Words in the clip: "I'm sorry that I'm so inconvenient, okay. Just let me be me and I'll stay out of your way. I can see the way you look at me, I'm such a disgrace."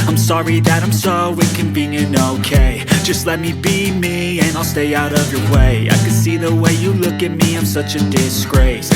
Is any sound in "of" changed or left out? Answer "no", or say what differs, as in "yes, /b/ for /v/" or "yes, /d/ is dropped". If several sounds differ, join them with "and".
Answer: no